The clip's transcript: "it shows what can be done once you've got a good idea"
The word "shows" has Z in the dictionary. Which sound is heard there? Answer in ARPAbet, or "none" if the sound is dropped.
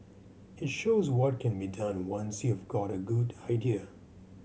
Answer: Z